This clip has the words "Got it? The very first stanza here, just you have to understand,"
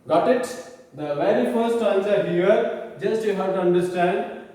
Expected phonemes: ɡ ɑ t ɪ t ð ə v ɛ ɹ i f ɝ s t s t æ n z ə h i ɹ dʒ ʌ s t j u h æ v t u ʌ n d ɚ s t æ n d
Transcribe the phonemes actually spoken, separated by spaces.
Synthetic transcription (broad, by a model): ɡ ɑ t ɪ t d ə v ɛ ɹ i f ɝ t s t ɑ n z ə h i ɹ dʒ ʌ s t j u h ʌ t u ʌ n d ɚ s t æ n d